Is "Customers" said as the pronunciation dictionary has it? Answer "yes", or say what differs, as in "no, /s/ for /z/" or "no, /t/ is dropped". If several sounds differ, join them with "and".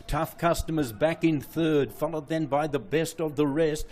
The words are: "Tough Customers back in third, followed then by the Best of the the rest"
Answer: yes